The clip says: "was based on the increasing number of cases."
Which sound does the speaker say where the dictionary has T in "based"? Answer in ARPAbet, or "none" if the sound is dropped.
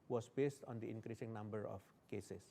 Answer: T